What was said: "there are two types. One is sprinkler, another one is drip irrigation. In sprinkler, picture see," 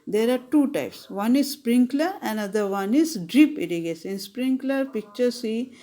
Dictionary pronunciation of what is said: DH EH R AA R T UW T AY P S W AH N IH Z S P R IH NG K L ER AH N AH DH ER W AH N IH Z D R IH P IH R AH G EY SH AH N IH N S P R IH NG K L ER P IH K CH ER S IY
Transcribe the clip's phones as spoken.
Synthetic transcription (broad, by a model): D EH R AA R T UW T AY P S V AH N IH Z S P R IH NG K L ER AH N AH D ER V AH N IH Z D R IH P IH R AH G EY S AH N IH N S P R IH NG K L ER P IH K CH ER S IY